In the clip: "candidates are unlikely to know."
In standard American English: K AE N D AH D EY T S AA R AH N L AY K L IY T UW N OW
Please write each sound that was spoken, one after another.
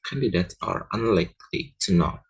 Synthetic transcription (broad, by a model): K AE N D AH D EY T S AA R AH N L AY K L IY T UW N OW